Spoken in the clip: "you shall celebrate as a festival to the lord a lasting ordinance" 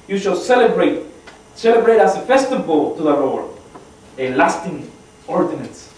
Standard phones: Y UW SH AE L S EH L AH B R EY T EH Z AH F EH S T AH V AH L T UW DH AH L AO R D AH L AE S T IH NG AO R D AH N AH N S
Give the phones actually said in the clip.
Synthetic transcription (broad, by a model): Y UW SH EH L S EH L AH B R EY T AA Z AH F EH S T AH V AH L T UW DH AH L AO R AH L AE S T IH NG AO R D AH N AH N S